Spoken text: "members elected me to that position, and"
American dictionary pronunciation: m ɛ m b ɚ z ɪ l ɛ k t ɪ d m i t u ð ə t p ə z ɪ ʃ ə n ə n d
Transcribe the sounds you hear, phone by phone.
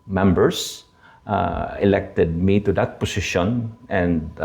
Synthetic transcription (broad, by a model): m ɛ m b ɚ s ɪ l ɛ k t ɪ d m i t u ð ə t p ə s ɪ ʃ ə n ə n d